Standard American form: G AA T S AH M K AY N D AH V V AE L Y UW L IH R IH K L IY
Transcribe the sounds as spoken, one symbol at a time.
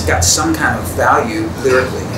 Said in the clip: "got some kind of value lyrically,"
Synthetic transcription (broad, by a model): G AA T S AH M K AY N D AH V V AE L Y UW L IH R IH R L IY